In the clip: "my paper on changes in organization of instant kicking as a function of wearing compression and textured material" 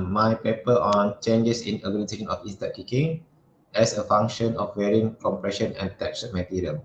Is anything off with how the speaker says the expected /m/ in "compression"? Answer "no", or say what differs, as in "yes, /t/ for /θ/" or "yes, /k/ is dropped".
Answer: no